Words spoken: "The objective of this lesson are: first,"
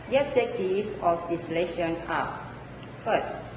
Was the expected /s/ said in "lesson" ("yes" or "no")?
no